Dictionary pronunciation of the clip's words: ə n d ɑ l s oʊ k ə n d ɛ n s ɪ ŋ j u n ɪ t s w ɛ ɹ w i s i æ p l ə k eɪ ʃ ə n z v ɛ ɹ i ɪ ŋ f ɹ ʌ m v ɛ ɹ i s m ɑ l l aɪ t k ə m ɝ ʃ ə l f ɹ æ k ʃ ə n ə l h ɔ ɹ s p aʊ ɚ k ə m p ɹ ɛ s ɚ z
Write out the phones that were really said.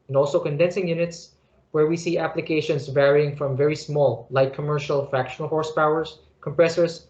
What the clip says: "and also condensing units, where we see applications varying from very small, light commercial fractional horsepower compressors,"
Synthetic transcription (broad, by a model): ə n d ɑ l s oʊ k ə n d ɛ n s ɪ ŋ j u n ɪ t s w ɛ ɹ w i s i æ p l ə k eɪ ʃ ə n s v ɛ ɹ i ɪ ŋ f ɹ ʌ m v ɛ ɹ i s m ɑ l l aɪ t k ə m ɝ ʃ ə l f ɹ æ k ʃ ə n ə l h ɔ ɹ s p aʊ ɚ k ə m p ɹ ɛ s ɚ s